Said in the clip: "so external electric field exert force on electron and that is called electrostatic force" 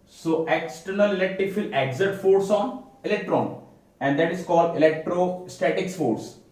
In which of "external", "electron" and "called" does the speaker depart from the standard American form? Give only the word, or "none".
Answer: none